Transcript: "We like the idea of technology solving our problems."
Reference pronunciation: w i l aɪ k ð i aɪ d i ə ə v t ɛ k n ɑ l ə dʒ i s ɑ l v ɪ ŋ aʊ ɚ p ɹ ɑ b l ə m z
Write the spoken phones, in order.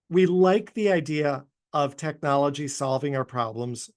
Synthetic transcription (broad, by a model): w i l aɪ k ð i aɪ d i ə ə v t ɛ k n ɑ l ə dʒ i s ɑ l v ɪ ŋ aʊ ɚ p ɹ ɑ b l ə m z